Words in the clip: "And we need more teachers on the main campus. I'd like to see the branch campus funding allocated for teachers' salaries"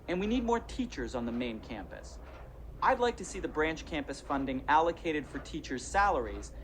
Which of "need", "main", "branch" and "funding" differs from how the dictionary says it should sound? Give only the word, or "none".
none